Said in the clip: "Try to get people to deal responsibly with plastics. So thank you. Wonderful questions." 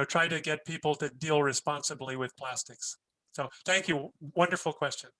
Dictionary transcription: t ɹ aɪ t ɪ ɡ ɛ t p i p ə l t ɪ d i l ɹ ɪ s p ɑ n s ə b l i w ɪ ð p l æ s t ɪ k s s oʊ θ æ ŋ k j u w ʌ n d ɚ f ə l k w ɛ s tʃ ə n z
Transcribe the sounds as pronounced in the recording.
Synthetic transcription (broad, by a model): t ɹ aɪ t ɪ ɡ ɛ t p i p l t ɪ d i l ɹ ɪ s p ɑ n s ə b l i w ɪ ð p l æ s t ɪ k s s oʊ θ æ ŋ k j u w ʌ n d ɚ f l k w ɛ s tʃ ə n